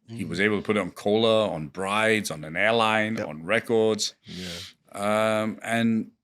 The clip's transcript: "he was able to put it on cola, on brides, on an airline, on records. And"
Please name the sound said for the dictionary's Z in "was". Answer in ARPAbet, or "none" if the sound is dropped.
Z